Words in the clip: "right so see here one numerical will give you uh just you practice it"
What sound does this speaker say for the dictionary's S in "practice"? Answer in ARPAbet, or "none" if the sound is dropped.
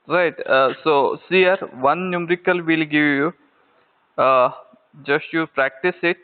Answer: S